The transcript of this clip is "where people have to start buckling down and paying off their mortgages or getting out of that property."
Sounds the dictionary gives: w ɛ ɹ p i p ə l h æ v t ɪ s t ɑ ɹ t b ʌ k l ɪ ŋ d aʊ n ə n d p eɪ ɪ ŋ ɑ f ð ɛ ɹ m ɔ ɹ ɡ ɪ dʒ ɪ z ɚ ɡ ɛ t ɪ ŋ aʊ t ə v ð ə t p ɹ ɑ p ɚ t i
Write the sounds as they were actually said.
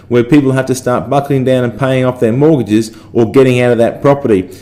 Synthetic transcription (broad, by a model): w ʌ ɹ p i p l h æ f t ɪ s t ɑ ɹ t b ʌ k l ɪ ŋ d aʊ n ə n p eɪ ɪ ŋ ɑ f ð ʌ ɹ m ɔ ɹ ɡ ɪ dʒ ɪ z ɚ ɡ ɛ t ɪ ŋ aʊ t ə v ð ə t p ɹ ɑ p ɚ t i